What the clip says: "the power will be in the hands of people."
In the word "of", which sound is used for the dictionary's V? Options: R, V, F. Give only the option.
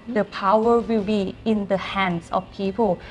F